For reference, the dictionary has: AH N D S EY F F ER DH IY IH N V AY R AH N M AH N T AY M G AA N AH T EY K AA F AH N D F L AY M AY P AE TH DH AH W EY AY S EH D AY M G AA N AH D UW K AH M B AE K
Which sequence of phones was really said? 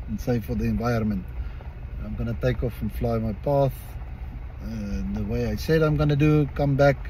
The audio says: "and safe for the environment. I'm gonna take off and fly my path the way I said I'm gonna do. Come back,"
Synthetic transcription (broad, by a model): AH N S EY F F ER DH IY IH N V AY AH N M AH N T AY M G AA N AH T EY K AA F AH N F L AY M AY P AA TH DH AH W EY AY S EH D AY M G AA N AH D UW K AH M B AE K